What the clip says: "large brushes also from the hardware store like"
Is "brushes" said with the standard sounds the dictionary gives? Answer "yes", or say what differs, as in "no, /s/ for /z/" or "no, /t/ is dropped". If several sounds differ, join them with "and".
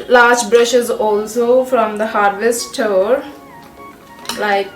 yes